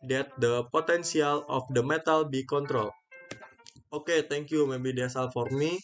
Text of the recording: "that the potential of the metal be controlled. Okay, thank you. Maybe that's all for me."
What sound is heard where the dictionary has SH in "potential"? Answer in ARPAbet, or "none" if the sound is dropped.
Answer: S